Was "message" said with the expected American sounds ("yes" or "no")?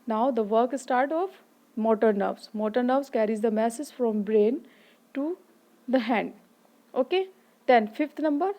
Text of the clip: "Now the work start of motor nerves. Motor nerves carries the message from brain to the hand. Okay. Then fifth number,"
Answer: no